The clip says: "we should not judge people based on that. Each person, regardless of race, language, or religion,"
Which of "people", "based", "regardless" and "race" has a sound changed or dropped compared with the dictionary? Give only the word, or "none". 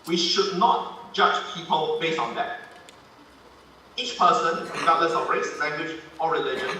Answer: regardless